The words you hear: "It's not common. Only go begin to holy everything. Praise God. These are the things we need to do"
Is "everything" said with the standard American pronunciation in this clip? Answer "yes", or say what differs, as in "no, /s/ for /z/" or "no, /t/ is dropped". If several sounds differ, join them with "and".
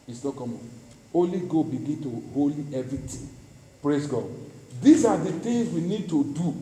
no, /t/ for /θ/